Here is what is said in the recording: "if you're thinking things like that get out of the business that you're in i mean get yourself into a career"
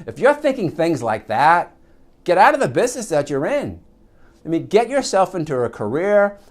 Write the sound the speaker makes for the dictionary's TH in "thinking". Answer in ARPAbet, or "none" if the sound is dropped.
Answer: TH